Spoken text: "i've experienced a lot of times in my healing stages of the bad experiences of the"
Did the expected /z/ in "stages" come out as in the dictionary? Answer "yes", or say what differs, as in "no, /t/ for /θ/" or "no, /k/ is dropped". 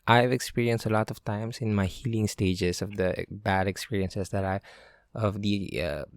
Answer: no, /s/ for /z/